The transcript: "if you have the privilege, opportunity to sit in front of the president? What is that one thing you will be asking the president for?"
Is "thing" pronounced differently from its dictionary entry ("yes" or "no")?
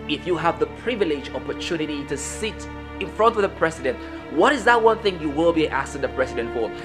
no